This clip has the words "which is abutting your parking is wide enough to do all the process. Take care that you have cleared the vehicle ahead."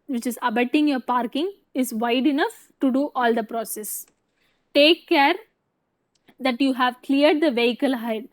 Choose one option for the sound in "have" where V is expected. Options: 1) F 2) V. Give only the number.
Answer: 2